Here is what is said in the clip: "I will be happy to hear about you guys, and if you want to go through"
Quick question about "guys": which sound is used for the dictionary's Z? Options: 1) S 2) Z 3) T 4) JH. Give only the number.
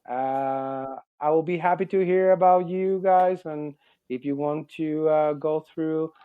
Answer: 2